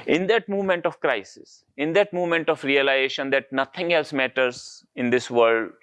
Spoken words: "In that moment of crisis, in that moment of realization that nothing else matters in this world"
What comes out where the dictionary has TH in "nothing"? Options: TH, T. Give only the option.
T